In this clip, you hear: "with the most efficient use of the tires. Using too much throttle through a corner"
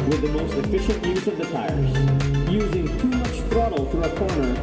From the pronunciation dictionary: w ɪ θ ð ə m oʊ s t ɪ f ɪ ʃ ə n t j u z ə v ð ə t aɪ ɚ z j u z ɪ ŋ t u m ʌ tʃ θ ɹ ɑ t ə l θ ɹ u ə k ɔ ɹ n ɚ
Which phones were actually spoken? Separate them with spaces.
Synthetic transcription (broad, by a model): w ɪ ð ə m oʊ s t ɪ f ɪ ʃ ə n t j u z ə v ð ə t aɪ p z j u z ɪ ŋ t u m ʌ tʃ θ ɹ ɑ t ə l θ ɹ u ə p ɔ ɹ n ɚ